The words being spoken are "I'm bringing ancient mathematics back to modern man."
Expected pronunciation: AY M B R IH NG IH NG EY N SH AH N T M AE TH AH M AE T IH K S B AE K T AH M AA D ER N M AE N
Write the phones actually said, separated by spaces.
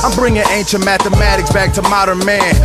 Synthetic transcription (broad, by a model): AY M B R IH NG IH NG EY N SH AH N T M AE TH AH M AE T IH K S B AE K T AH M AA D ER N M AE N